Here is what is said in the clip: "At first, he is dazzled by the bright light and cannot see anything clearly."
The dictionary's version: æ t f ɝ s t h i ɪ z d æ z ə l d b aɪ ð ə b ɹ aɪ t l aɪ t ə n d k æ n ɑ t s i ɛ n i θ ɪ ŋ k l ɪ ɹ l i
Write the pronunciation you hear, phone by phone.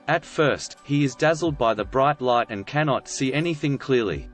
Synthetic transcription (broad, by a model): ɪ t f ɝ s t h i ɪ z d æ z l d b aɪ ð ə b ɹ aɪ t l aɪ t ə n k æ n ɑ t s i ɛ n i θ ɪ ŋ k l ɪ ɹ l i